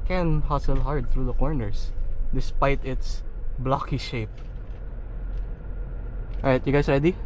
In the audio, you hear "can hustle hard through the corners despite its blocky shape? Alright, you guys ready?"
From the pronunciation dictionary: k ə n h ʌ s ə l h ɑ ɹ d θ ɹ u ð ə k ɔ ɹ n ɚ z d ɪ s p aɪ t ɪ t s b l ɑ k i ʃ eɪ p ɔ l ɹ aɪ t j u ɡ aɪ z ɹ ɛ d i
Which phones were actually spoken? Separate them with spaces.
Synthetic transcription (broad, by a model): k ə n h ʌ s ə l h ɑ ɹ d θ ɹ u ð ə k ɔ ɹ n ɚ s d ɪ s p aɪ t ɪ t s b l ɑ k i ʃ eɪ p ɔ ɹ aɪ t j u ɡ aɪ s ɹ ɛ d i